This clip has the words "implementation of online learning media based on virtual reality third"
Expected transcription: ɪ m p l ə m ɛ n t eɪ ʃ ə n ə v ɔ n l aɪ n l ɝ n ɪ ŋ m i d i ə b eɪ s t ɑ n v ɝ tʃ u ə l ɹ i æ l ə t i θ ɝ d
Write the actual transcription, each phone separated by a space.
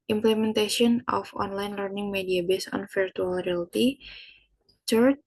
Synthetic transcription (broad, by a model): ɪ m p l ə m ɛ n t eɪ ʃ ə n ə f ɔ n l aɪ n l ɝ n ɪ ŋ m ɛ d i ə b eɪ s ɑ n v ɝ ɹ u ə l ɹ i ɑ l t i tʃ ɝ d